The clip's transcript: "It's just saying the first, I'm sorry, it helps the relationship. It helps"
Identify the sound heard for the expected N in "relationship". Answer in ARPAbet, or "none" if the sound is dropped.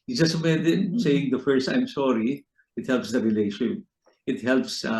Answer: none